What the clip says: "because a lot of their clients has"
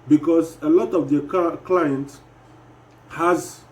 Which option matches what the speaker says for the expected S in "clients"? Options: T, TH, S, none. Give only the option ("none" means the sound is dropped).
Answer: none